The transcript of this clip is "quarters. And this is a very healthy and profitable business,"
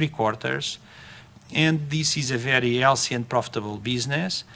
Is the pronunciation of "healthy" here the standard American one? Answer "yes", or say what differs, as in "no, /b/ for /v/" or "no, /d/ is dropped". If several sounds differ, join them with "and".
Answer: no, /s/ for /θ/